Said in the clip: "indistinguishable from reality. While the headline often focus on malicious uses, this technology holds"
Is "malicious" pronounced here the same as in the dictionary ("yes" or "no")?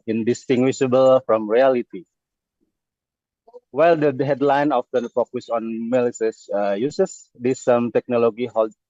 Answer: no